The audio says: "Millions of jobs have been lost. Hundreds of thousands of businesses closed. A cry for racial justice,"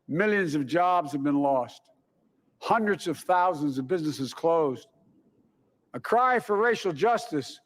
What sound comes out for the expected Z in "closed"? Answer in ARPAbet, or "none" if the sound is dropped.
Z